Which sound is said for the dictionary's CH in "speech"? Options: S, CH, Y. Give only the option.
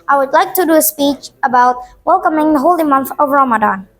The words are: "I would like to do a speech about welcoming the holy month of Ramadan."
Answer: CH